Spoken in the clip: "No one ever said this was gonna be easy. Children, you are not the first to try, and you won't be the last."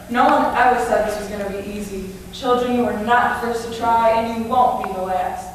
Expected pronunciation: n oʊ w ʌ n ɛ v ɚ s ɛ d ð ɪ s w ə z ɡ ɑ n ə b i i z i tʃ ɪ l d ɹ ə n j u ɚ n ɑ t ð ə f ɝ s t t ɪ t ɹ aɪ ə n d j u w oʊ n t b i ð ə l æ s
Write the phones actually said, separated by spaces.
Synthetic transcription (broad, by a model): n oʊ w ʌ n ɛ ɚ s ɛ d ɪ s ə z ɡ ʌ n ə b i i z i tʃ ɪ l d ɹ ə n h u ɚ n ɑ t f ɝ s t t ɪ t ɹ aɪ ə n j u w oʊ n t b i ð ə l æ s